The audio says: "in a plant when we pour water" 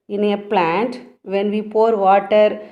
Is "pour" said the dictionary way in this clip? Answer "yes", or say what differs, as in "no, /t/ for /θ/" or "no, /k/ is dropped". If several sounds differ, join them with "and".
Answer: yes